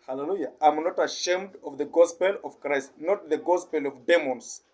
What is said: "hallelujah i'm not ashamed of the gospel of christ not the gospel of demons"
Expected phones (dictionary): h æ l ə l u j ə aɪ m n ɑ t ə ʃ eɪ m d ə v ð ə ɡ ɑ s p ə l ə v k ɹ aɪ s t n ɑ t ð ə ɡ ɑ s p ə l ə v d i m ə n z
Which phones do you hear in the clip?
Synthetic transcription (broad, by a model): h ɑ l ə l u j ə aɪ m n ɑ t ə ʃ eɪ m d ə v ð ə ɡ ɑ s p ə l ə v k ɹ aɪ s t n ɑ t ð ə ɡ ɑ s p ə l ə v d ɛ m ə n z